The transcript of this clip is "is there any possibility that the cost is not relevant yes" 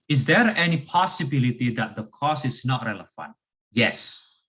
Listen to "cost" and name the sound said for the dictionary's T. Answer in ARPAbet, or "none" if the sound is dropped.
none